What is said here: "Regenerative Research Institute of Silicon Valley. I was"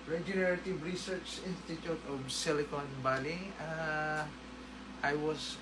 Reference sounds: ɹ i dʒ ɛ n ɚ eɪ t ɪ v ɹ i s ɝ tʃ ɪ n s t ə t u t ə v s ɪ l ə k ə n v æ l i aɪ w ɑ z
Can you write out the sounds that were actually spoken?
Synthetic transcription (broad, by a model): ɹ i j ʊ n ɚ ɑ t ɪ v ɹ i s ɝ tʃ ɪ n s t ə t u t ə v s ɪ l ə k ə n b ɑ l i aɪ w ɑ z